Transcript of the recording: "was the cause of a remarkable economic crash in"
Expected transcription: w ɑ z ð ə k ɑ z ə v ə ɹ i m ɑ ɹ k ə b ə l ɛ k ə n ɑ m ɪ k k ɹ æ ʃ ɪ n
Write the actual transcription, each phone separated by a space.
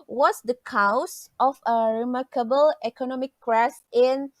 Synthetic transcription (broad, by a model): w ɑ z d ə k ɑ s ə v ə ɹ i m ɑ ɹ k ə b ə l ɛ k ə n ɑ m ɪ k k ɹ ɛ s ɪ n